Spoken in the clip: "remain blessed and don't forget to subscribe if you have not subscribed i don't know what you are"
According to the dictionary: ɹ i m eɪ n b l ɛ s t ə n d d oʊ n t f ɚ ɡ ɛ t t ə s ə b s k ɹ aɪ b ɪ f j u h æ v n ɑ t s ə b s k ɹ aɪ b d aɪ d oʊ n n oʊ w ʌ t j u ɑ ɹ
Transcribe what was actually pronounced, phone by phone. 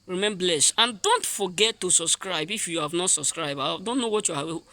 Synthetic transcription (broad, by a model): ɹ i m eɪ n b l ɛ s ə n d d oʊ n t f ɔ ɡ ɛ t t ə s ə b s k ɹ aɪ b ɪ f j u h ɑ v n ɑ t s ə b s k ɹ aɪ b aɪ d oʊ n n oʊ w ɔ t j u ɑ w